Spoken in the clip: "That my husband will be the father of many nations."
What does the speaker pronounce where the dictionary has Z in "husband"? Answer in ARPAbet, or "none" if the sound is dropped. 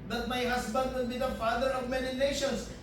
S